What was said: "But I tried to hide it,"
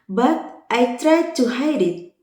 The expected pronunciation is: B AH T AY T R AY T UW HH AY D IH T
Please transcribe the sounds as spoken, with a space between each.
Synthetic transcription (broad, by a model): B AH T AY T R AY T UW HH AY D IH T